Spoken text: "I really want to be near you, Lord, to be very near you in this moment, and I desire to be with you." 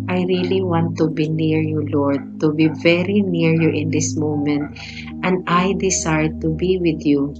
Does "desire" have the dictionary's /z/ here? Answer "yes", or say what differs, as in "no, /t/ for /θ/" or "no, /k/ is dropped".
no, /s/ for /z/